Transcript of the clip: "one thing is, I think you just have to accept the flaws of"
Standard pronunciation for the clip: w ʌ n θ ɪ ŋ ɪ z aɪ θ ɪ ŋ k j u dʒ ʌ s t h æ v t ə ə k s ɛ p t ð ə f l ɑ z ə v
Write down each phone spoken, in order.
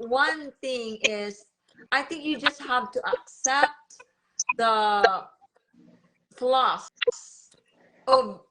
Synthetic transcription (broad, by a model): w ʌ n θ ɪ ŋ ɪ z aɪ θ ɪ ŋ k j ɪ dʒ ʌ s t h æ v t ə ə k s ɛ p t ð ə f l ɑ s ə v